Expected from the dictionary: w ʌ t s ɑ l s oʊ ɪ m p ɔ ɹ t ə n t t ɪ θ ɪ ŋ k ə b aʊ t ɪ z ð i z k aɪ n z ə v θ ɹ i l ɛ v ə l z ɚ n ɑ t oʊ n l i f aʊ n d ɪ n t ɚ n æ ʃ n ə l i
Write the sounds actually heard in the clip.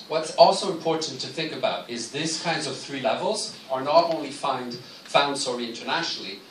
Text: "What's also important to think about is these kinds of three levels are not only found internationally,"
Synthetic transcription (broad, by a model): w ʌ t s ɑ l s oʊ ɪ m p ɔ ɹ t n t t ɪ θ ɪ ŋ k ə b aʊ t ɪ z ð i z k aɪ n z ə v θ ɹ i l ɛ v ə l z ɚ n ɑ t oʊ n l i f aʊ n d ɪ n t ɚ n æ ʃ n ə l i